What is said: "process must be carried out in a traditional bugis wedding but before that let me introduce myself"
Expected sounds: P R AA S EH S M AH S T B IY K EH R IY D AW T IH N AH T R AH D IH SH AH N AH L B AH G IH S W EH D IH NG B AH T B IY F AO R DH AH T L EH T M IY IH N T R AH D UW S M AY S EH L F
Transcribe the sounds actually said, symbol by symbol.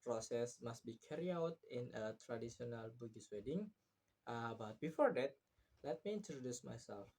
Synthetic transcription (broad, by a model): P R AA S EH S M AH S T B IY K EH R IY AW T IH N AH T R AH D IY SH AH N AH L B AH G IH S W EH D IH NG B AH T B IY F AO R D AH T L EH T M IY IH N T R AH D UW S M AY S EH L F